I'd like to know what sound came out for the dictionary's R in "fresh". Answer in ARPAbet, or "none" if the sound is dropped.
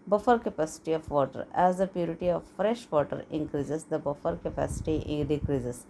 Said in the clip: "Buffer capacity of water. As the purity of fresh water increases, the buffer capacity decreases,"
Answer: R